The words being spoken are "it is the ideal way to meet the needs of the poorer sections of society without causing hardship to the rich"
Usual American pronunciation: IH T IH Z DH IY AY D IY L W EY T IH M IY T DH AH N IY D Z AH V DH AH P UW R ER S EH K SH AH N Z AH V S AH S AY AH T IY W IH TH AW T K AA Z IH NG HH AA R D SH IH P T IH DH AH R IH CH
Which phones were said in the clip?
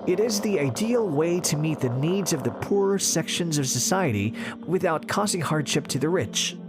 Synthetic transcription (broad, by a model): IH T IH Z DH IY AY D IY L W EY T IH M IY T DH AH N IY D Z AH V DH AH P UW R S EH K SH AH N Z AH V S AH S AY AH T IY W IH TH AW T K AA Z IH NG HH AA R D SH IH P T IH DH AH R IH CH